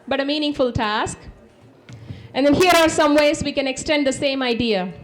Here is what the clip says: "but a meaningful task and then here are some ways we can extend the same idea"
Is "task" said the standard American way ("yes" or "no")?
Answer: yes